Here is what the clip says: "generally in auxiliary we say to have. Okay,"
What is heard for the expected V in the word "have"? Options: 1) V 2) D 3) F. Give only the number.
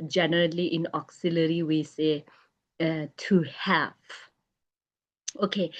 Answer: 3